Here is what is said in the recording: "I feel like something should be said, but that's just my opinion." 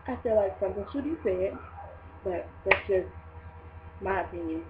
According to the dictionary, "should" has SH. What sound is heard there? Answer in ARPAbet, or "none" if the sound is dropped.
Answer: S